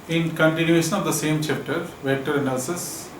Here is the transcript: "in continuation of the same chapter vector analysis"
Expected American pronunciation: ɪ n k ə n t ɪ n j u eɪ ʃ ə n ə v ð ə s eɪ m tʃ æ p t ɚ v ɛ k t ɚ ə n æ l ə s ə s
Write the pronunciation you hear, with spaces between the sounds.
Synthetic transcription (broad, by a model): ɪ n k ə n t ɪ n j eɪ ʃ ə n ə v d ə s eɪ m tʃ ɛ p t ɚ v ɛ t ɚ n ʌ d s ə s